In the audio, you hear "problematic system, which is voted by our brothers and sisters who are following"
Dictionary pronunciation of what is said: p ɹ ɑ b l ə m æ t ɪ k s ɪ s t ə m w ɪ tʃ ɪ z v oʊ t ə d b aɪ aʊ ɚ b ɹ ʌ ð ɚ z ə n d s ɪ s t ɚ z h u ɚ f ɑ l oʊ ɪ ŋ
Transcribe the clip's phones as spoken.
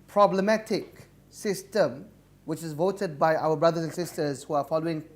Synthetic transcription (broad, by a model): p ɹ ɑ b l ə m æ t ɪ k s ɪ s t ə m w ɪ tʃ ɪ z v oʊ t ə d b aɪ aʊ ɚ b ɹ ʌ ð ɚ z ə n s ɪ s t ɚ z h u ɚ f ɑ l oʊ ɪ ŋ